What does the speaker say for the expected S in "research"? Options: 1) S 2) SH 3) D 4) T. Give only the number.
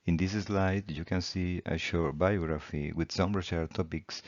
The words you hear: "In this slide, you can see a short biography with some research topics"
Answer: 2